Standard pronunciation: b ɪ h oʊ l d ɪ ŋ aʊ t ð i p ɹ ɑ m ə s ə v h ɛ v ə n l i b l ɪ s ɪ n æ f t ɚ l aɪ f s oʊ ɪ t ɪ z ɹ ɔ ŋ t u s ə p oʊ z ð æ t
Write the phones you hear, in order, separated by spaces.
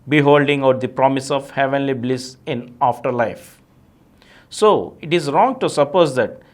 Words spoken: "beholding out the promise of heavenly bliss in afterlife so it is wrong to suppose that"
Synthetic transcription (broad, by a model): b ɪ h oʊ l d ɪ ŋ aʊ t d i p ɹ ɑ m ə s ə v h ɛ v ə n l i b l ɪ s ɪ n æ f t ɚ l aɪ f s oʊ ɪ t ɪ z ɹ ɔ ŋ t u s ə p oʊ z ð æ t